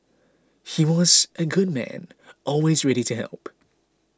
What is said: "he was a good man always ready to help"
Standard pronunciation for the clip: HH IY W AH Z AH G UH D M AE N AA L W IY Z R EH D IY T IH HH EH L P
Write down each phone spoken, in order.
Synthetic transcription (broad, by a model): HH IY W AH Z AH G UH D M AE N AA L W IY Z R EH D IY T IH HH EH L P